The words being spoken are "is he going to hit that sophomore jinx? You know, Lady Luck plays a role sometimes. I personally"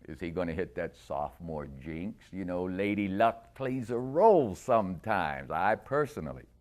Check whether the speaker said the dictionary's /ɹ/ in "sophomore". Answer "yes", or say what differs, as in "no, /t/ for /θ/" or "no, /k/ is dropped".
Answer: yes